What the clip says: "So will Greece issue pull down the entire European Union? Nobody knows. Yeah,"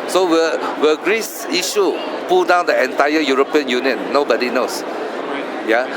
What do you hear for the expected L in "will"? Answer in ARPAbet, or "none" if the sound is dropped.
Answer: W